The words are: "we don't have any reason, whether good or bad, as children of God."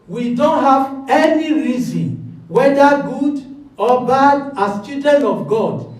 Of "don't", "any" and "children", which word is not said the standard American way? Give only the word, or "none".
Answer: children